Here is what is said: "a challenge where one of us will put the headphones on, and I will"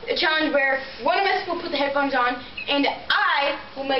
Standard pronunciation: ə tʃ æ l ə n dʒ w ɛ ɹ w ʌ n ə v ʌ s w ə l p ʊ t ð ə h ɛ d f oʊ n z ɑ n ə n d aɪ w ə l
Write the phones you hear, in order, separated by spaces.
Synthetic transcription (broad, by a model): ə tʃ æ ə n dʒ w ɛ ɹ w ʌ n ə v ʌ s w ə l p ʊ t ð ə h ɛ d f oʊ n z n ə n aɪ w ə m